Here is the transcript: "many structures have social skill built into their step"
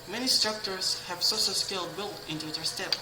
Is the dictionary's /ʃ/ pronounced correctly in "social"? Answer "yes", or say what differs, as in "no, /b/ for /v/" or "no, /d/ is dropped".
no, /s/ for /ʃ/